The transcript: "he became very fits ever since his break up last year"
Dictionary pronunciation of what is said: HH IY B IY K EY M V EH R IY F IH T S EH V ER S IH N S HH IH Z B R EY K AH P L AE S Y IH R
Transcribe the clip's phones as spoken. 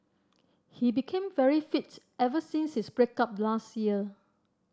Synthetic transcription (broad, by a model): HH IY B IY K EY M V EH R IY F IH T EH V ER S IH N S HH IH S B R EY K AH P L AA S Y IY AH